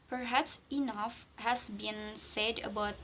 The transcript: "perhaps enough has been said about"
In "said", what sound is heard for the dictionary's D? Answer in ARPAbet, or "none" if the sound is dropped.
D